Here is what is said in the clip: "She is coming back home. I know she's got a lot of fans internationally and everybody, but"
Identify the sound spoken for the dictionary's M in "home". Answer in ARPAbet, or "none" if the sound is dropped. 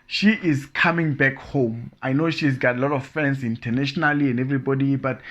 M